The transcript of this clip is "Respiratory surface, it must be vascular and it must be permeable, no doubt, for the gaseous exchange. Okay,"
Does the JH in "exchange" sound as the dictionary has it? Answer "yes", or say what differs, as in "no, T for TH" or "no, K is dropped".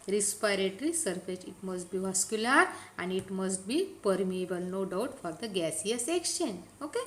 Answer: no, JH is dropped